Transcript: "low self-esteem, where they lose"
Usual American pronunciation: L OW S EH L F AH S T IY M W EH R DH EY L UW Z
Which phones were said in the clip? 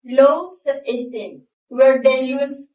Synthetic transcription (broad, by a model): L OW S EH F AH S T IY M W EH R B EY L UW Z